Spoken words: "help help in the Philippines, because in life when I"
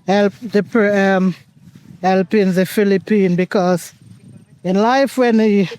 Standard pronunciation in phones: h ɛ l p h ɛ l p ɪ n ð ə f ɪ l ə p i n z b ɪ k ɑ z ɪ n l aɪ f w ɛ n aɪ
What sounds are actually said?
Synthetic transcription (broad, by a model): h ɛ l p h ɛ l p ɪ n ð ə f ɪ l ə p i n b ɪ k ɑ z ɪ n l aɪ f w ɛ n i